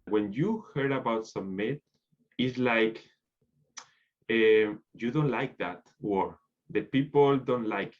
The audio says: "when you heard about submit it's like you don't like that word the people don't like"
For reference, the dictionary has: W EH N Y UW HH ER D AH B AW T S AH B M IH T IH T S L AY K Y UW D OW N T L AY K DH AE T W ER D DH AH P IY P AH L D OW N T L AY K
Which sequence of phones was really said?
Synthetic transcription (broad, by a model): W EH N Y UW HH ER D AH B AW T S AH M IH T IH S L AY K Y UW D OW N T L AY K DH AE T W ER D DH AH P IY P AH L D OW N T L AY K